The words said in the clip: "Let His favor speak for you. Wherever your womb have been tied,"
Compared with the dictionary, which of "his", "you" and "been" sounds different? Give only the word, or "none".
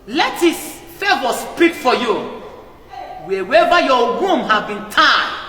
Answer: his